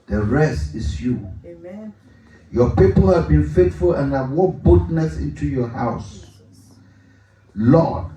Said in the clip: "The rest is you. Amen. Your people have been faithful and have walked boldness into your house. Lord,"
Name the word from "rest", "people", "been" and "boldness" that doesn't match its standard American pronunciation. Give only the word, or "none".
boldness